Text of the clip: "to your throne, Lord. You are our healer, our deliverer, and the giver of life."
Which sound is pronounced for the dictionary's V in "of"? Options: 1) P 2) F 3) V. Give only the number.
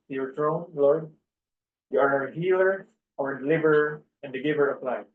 1